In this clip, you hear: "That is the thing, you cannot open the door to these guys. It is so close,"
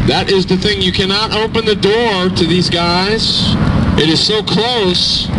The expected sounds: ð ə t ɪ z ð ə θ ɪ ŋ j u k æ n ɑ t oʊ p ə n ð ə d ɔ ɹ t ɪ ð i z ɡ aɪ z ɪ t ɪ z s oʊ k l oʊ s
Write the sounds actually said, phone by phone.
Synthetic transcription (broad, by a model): ð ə t ɪ z ð ə θ ɪ ŋ j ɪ k æ n ɑ t oʊ p ə n ð ə d ɔ ɹ t ɪ ð i z ɡ aɪ z ɪ t ɪ z s oʊ k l oʊ s